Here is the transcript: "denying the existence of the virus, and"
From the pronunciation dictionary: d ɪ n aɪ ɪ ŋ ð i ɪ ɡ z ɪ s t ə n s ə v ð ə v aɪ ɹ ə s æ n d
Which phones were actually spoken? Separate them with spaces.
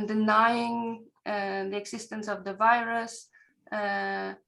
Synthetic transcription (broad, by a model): d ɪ n aɪ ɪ ŋ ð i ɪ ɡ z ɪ s t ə n s ə v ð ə v aɪ ɹ ə s